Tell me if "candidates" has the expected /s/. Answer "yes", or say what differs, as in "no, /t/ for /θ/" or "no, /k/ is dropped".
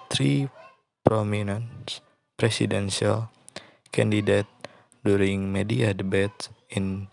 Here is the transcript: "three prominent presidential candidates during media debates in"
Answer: no, /s/ is dropped